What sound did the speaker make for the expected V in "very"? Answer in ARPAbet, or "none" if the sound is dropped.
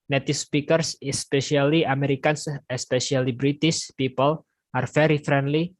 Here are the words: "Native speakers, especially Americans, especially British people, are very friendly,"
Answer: F